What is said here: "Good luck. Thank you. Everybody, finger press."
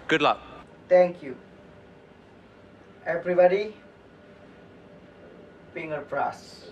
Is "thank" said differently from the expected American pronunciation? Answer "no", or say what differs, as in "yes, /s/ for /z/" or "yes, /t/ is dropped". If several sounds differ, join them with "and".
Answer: yes, /t/ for /θ/